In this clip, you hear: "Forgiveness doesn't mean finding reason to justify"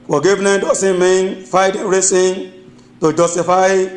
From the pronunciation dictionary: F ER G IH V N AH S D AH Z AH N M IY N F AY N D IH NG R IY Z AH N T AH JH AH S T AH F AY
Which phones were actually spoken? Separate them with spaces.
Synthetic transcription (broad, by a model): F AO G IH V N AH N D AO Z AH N M IY N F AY D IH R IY S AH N T AH JH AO S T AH F AY